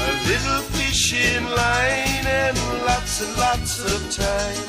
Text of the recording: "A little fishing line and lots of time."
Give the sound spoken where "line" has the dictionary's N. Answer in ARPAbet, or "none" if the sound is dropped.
N